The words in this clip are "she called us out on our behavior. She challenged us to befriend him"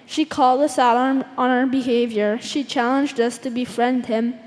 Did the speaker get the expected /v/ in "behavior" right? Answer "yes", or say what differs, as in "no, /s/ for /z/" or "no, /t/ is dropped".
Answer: yes